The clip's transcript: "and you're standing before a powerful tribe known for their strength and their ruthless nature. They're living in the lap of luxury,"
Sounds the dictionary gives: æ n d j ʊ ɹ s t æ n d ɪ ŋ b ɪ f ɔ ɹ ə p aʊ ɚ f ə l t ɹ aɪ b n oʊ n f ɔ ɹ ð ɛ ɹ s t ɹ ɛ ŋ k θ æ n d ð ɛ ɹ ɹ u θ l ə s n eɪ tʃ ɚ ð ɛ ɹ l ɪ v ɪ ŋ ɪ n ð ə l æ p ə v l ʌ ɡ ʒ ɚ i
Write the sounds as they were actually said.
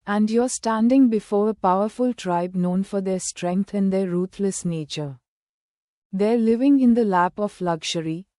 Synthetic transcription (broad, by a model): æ n d j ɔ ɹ s t æ n d ɪ ŋ b ɪ f ɔ ɹ ə p aʊ ɚ f ə l t ɹ aɪ b n oʊ n f ɔ ɹ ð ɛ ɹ s t ɹ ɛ ŋ k t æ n d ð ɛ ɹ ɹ u t l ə s n eɪ tʃ ɚ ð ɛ ɹ l ɪ v ɪ ŋ ɪ n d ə l æ p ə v l ʌ ɡ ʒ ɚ i